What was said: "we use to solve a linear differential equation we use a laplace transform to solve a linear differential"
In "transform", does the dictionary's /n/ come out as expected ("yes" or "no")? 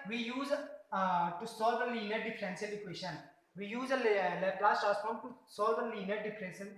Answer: no